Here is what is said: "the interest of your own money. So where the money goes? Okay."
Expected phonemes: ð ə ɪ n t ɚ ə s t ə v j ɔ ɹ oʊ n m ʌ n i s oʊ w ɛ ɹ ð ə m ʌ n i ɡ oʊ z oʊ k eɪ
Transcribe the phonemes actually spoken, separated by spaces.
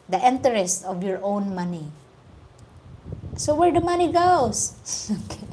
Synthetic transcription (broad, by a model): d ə ɪ n t ɚ ə s t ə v j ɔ ɹ oʊ n m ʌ n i s oʊ w ɛ ɹ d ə m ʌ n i ɡ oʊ s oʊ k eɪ